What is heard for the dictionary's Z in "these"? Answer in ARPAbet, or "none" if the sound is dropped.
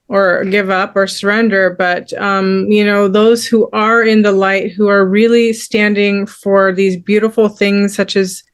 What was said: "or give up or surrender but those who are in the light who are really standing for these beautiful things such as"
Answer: Z